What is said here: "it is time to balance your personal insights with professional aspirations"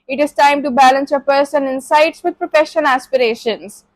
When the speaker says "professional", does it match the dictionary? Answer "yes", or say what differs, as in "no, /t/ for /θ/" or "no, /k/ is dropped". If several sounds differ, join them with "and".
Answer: no, /n/ is dropped